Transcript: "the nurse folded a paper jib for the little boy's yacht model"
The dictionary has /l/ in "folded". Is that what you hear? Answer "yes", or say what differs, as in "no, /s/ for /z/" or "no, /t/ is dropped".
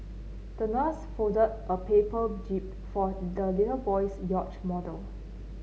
no, /l/ is dropped